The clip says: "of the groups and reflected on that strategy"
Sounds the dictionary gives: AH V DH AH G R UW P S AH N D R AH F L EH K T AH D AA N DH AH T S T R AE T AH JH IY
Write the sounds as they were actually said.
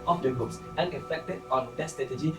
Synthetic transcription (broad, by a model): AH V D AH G UW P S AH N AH F EH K T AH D AA N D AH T S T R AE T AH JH IY